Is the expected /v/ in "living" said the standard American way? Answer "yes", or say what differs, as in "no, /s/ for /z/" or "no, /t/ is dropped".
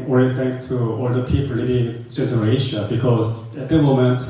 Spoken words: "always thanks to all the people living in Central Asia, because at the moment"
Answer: no, /b/ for /v/